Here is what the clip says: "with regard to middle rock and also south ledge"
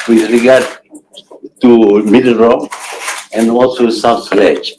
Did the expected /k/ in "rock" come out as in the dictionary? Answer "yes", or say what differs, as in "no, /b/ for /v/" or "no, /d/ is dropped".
no, /k/ is dropped